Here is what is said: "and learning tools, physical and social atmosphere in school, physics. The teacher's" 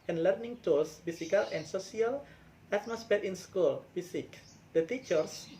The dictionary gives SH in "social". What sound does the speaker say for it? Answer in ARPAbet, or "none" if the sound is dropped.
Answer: S